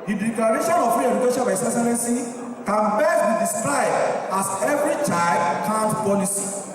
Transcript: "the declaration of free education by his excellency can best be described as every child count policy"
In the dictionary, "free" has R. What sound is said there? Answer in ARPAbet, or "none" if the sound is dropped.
none